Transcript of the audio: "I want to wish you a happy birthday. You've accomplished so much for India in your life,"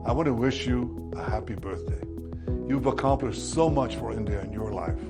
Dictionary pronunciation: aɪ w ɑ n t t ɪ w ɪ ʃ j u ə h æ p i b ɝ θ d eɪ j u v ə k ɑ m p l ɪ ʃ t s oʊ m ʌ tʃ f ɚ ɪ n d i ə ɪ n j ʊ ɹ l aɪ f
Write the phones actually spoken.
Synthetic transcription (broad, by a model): aɪ w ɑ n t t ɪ w ɪ ʃ j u ə h æ p i b ɝ θ d eɪ j u v ə k ɑ m p l ɪ ʃ t s oʊ m ʌ tʃ f ɚ ɪ n d i ə ɪ n j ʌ ɹ l aɪ f